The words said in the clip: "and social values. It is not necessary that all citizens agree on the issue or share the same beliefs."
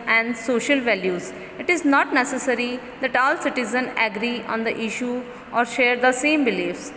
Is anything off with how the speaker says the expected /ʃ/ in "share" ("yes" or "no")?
no